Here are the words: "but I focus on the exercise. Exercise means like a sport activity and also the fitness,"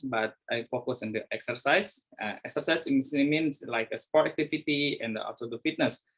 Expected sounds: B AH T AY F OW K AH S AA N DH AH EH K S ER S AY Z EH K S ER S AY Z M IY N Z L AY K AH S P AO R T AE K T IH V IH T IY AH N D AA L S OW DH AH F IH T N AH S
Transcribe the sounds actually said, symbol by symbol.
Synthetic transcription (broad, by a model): B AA T AY F OW K AH S AA N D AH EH K S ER S AY S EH K S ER S AY S M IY N S L AY K AH S P AO R T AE K T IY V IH T IY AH N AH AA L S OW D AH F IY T N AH S